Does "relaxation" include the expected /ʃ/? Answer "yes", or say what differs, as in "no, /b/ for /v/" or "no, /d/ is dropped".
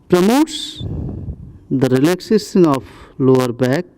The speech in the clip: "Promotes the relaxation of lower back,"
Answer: no, /s/ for /ʃ/